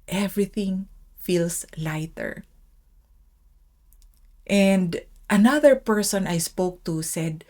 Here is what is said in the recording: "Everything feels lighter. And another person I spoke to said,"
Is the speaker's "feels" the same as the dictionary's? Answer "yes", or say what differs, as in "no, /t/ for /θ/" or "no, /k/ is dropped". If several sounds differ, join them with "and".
no, /s/ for /z/